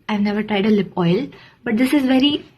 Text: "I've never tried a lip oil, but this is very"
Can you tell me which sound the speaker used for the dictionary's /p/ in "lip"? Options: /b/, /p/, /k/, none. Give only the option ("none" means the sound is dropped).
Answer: /p/